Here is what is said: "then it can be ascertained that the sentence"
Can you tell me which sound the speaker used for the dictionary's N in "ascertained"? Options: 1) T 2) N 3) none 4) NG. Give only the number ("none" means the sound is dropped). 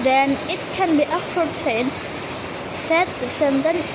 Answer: 3